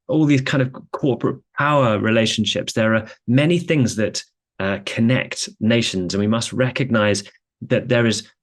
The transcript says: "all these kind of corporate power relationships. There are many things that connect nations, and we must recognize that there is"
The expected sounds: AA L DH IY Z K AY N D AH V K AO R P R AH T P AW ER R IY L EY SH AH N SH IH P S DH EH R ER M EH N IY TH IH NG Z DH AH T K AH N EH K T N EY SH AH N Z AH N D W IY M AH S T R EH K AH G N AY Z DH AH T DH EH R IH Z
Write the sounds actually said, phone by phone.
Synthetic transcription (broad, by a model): AA L DH IY Z K AY N D AH V K AO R P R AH T P AW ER R IY L EY SH AH N SH IH P S DH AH R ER M EH N IY TH IH NG Z DH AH T K AH N EH K T N EY SH AH N Z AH N W IY M AH S T R EH K AH G N AY Z DH AH T DH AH R IH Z